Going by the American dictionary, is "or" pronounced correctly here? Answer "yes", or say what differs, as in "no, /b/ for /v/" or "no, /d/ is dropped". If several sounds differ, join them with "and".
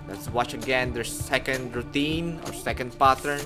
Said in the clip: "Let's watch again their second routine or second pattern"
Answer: yes